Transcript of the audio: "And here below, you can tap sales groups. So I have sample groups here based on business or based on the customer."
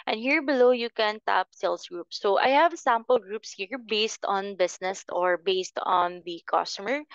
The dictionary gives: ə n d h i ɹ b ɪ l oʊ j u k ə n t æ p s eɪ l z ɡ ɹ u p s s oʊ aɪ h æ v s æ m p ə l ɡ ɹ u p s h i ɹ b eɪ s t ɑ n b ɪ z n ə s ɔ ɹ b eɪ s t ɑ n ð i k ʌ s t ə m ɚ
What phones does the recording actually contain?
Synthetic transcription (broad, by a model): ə n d h i ɹ b ɪ l oʊ j u k ə n t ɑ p s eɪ l s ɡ ɹ u p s s oʊ aɪ h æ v s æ m p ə l ɡ ɹ u p s h i ɹ b eɪ s t ɑ n b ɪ s n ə s ɔ ɹ b eɪ s t ɑ n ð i k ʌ s t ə m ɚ